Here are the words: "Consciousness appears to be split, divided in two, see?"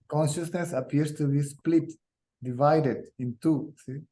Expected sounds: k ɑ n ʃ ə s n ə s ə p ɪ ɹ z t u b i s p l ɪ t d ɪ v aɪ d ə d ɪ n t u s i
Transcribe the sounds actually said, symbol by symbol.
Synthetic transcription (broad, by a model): k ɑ n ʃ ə s n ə s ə p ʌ ɹ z t u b i s p l ɪ t d ɪ v aɪ d ə d ɪ n t u s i